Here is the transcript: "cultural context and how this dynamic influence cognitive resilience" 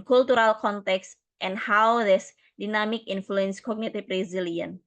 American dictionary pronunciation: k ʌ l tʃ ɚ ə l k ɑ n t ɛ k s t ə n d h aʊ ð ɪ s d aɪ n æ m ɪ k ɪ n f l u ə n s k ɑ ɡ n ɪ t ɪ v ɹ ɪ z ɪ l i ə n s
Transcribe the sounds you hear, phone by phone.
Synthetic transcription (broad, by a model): k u l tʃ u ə l k ɑ n t ɛ k s t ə n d h aʊ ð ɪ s d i n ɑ m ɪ k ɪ n f l u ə n s k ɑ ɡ n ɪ t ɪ b ɹ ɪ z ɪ l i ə n